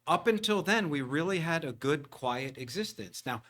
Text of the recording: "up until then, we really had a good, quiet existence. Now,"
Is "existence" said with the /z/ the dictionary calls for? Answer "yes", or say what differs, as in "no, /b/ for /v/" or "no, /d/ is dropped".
yes